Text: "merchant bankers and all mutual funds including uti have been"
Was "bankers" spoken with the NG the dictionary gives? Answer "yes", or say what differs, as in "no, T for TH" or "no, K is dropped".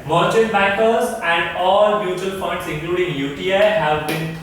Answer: no, NG is dropped